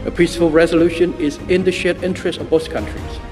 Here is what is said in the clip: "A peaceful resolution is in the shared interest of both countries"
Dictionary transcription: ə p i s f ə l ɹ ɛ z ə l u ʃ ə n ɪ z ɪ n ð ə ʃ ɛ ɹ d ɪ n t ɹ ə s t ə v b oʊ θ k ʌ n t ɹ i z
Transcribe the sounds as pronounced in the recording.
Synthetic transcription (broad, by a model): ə p i s f ə l ɹ ɛ z ə l u ʃ ə n ɪ z ɪ n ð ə ʃ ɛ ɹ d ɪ n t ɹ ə s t ə v b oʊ s k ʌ n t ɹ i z